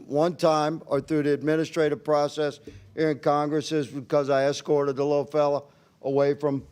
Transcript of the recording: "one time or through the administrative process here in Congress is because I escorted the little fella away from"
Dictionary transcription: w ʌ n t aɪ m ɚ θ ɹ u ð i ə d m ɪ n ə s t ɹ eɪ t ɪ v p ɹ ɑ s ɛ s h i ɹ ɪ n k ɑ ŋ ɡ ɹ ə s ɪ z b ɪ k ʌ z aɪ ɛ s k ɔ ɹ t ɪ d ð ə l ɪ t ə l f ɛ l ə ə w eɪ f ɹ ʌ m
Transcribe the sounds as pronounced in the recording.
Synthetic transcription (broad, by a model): w ʌ n t aɪ m ɚ θ ɹ u ð i ə d m ɪ n ə s t ɹ eɪ t ɪ v p ɹ ɑ s ɛ s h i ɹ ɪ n k ɑ ŋ ɡ ɹ ə s ɪ z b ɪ k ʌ z aɪ ɛ s k ɔ ɹ t ɪ d ð ə l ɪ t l f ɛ l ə ə w eɪ f ɹ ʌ m